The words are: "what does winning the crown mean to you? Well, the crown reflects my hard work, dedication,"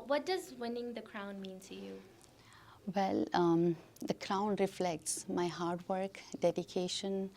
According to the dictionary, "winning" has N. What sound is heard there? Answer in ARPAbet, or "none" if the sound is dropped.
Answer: N